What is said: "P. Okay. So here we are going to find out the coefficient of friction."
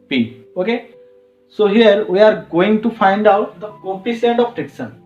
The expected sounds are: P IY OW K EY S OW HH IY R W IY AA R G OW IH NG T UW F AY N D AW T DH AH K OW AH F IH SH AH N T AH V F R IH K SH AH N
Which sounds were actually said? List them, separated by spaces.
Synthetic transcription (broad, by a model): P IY OW K EY S OW HH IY R W IY AA R G OW IH NG T UW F AY N D AW T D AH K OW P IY S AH N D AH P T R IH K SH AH N